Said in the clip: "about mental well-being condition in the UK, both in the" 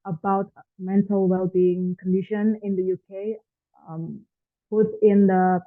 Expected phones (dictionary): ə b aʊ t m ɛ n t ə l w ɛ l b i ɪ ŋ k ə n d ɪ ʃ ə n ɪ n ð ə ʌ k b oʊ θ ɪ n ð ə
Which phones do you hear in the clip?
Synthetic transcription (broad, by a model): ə b aʊ t m ɛ n t ə l w ɛ l b i ɪ ŋ k ə n d ɪ ʃ ə n ɪ n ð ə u k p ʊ t ɪ n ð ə